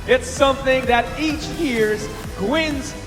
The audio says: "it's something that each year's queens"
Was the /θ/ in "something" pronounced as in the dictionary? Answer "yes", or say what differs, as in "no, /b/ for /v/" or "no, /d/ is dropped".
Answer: yes